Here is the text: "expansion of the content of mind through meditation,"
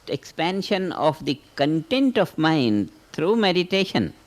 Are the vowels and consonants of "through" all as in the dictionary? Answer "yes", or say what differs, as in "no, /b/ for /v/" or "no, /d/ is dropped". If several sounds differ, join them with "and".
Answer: no, /t/ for /θ/